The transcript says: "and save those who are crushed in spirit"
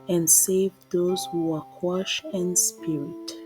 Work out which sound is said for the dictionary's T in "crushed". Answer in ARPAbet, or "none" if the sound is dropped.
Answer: none